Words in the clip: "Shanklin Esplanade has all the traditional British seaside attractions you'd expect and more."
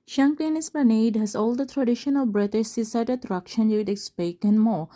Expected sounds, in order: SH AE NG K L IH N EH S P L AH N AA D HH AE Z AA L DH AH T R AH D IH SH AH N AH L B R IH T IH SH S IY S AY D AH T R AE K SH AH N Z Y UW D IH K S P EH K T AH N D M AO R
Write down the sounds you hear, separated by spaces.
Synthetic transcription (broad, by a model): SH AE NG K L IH N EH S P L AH N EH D HH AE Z AA L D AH T R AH D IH SH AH N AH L B R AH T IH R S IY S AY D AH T R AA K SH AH N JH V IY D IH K S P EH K AH N M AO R